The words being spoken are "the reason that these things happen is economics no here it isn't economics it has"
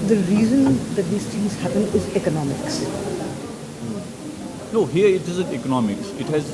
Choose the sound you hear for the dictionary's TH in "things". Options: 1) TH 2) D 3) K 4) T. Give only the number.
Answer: 4